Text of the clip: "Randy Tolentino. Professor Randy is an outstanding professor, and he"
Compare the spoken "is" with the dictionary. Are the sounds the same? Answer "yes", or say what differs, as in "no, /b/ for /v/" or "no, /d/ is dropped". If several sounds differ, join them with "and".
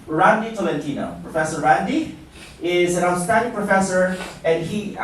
yes